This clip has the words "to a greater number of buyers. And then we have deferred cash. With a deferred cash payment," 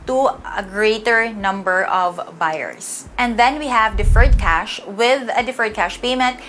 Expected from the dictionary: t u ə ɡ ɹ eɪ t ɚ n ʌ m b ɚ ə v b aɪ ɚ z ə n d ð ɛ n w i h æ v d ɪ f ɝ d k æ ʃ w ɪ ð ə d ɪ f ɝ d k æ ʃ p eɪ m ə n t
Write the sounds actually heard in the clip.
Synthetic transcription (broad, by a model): t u ə ɡ ɹ eɪ t ɚ n ʌ m b ɚ ə v b aɪ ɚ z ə n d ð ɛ n w i h æ v d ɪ f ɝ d k æ ʃ w ɪ ð ə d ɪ f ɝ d k æ ʃ p eɪ m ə n t